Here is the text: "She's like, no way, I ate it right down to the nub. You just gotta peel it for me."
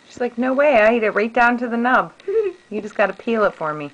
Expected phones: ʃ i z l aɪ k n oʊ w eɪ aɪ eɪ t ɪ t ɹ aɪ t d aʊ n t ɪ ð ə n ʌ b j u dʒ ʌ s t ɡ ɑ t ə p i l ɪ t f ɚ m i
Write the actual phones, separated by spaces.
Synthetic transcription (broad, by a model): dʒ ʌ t l aɪ k n oʊ w eɪ aɪ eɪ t ɪ t ɹ aɪ t d aʊ n t ɪ ð ə n ʌ b j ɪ dʒ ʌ s ɡ ɑ t ə p i l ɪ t f ɚ m i